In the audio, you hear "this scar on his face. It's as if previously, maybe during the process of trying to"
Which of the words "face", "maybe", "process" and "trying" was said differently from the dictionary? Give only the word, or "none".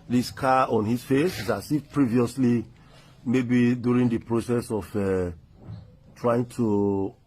none